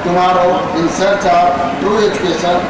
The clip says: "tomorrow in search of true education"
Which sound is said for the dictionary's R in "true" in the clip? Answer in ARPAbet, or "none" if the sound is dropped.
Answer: none